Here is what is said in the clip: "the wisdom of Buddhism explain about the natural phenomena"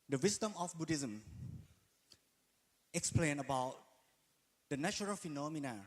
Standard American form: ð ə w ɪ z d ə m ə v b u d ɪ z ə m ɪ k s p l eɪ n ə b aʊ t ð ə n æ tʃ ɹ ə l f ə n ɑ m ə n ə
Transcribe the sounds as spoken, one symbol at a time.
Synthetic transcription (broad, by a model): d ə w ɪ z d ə m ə f b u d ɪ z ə m ɪ k s p l eɪ n ə b aʊ t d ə n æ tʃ ɹ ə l f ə n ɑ m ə n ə